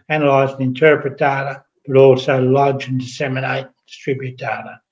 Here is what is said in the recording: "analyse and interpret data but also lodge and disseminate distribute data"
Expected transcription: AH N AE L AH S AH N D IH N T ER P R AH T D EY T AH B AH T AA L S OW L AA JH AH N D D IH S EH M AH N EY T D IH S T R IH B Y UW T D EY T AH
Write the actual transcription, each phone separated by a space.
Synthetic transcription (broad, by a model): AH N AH L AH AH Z IH N T ER P R AH T D EY T AH B AH T AA L S OW L AA JH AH N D D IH S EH M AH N EY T D IH S T R IH B Y UW T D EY T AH